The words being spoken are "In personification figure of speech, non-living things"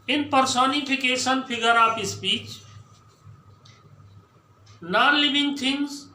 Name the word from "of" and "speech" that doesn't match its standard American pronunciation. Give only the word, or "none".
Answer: of